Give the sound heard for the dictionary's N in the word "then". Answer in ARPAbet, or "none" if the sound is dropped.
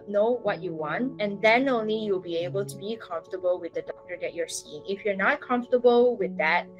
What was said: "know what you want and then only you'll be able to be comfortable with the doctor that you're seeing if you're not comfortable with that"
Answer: N